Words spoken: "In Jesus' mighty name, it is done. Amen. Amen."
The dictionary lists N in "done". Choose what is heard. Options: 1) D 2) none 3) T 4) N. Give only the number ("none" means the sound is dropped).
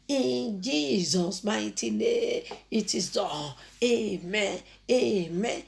2